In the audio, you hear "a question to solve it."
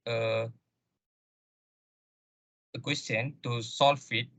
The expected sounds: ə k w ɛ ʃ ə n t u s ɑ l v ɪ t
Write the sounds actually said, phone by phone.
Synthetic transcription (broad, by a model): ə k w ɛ s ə n t u s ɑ l f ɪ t